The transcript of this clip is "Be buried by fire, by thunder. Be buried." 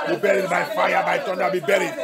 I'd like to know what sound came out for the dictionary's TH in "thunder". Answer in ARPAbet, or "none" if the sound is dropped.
T